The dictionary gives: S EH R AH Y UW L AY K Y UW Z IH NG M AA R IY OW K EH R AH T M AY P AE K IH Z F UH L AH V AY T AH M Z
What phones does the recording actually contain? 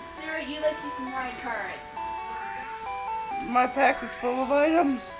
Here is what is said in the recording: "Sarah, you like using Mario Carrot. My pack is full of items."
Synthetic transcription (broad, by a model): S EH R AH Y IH L AY K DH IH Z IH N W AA IY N K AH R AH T M AY P AE K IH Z F UH L AH V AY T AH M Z